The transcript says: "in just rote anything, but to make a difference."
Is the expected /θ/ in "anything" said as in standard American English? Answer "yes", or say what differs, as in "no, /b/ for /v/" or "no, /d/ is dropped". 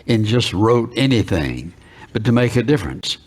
yes